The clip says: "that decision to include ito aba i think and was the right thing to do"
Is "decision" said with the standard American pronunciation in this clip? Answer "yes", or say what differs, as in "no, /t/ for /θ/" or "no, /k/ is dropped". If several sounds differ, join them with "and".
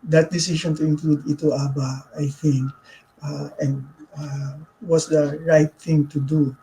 no, /ʃ/ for /ʒ/